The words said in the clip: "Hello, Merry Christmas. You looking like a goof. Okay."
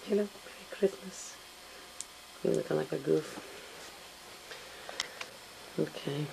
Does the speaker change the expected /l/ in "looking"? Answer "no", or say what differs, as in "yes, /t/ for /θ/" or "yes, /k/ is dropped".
yes, /n/ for /l/